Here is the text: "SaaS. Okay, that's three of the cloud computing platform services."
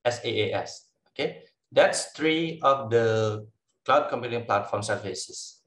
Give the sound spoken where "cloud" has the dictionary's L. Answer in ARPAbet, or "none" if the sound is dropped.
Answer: L